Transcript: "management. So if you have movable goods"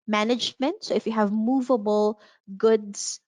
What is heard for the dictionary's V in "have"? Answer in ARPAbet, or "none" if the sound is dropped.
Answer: V